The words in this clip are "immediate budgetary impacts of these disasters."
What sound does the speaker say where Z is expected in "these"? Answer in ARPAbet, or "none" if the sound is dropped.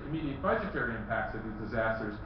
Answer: Z